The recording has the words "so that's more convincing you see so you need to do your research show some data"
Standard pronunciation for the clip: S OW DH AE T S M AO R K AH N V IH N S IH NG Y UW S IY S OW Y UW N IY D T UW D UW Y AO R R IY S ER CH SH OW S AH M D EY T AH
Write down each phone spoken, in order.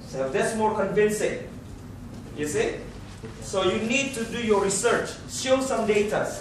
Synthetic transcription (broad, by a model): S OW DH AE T S M AO R K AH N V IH N S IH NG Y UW S IY S OW Y UW N IY D T UW D UW Y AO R R IY S ER CH S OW S AH M D EY T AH